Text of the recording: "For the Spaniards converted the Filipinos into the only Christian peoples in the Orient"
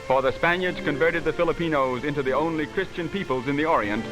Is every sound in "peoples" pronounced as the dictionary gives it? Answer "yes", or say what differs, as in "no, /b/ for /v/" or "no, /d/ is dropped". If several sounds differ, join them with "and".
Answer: yes